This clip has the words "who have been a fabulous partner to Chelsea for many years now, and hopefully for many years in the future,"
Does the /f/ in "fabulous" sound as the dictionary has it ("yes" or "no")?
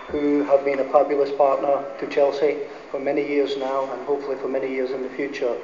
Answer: no